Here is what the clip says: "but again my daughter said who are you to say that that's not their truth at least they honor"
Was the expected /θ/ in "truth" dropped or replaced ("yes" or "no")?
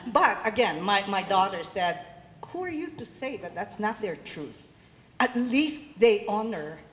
no